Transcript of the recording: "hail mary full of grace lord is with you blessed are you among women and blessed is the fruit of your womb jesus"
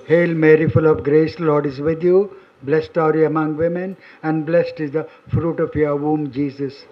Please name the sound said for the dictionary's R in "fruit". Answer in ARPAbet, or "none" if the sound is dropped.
R